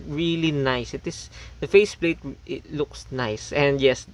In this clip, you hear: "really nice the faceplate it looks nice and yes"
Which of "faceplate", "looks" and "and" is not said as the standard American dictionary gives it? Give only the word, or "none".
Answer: none